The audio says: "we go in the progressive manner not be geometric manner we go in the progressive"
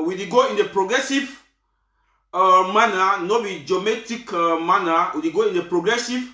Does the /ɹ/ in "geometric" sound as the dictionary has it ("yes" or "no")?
no